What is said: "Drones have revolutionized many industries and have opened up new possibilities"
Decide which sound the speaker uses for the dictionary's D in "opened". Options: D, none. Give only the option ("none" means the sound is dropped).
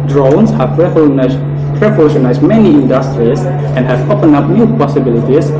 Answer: none